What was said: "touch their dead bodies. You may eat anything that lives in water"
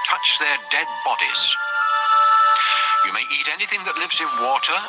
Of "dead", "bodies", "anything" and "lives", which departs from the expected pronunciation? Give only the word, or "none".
none